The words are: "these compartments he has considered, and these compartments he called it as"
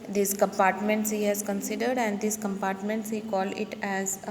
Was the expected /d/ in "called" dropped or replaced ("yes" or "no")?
yes